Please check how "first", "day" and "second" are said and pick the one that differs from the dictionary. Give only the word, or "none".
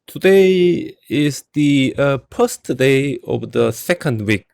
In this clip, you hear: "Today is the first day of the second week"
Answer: first